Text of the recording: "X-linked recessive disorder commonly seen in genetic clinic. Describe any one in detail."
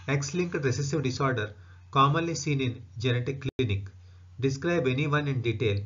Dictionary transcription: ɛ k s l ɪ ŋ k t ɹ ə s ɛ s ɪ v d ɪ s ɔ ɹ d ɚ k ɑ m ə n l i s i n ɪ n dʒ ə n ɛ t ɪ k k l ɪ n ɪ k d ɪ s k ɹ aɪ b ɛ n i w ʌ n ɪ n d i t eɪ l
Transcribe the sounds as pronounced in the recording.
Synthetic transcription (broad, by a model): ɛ k s l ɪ ŋ k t ɹ ə s ɛ s ɪ v d ɪ s ɔ ɹ d ɚ k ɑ m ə l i s i n ɪ n dʒ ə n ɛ t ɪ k k l n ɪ k d ɪ s k ɹ aɪ b ɛ n i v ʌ n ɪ n d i t eɪ l